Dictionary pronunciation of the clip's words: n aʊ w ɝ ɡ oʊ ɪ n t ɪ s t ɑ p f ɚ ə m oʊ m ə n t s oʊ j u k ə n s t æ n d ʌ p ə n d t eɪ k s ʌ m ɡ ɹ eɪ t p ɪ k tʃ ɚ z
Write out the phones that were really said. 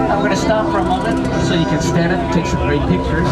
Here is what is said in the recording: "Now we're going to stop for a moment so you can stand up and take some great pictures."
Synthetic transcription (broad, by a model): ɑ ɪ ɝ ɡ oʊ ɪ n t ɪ s t ɑ p f ɚ ə m oʊ m ə n t s oʊ j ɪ k ə n s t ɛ d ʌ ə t t eɪ k s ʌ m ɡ ɹ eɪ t p ɪ k tʃ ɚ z